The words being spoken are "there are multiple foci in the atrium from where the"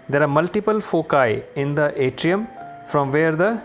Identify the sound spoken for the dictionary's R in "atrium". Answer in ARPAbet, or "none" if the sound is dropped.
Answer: R